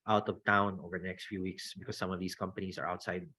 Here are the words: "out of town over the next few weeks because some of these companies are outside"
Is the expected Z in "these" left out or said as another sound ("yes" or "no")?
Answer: yes